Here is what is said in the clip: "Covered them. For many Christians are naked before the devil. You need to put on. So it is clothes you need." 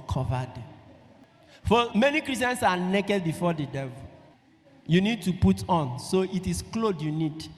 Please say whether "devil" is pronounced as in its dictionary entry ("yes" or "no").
yes